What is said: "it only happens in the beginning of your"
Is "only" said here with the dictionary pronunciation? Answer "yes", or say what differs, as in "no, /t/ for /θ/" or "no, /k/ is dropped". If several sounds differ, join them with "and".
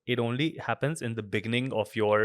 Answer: yes